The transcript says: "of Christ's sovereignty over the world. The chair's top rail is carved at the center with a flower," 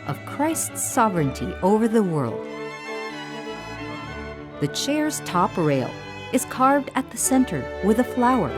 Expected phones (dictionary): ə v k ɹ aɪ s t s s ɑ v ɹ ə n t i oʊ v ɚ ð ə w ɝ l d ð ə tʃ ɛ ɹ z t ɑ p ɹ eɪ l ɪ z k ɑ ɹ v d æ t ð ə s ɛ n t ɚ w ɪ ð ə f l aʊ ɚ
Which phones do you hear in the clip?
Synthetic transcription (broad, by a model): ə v k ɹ aɪ s t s s ɑ v ɹ ə n t i oʊ v ɚ ð ə w ɝ l d ð ə tʃ ɛ ɹ z t ɑ p ɹ eɪ l ɪ z k ɑ ɹ v d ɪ t ð ə s ɛ n t ɚ w ɪ ð ə f l aʊ ɚ